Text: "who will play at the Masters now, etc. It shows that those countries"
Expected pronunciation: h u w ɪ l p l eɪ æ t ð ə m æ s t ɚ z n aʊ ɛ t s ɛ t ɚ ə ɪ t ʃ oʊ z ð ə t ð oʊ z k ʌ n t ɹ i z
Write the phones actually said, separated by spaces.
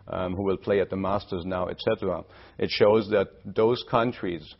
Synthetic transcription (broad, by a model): h u w ɪ l p l eɪ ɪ t ð ə m æ s t ɚ z n aʊ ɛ t s ɛ t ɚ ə ɪ t ʃ oʊ z ð ə t ð oʊ z k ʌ n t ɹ i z